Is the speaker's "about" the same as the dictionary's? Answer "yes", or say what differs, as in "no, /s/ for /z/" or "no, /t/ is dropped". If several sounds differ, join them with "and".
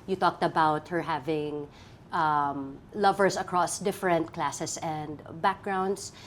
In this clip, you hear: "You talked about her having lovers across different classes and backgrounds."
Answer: yes